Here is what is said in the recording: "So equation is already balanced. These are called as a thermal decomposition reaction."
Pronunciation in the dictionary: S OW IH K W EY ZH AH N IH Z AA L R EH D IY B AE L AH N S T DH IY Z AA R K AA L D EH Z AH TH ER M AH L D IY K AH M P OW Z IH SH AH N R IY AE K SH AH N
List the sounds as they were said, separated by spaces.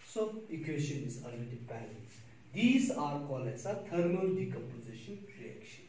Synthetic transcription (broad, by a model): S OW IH K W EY SH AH N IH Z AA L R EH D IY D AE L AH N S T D IY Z AA R K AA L EH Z AH T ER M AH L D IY K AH M P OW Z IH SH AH N R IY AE K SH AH N